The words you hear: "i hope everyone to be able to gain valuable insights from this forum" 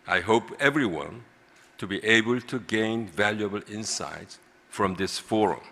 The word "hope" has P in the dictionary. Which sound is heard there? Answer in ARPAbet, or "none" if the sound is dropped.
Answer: P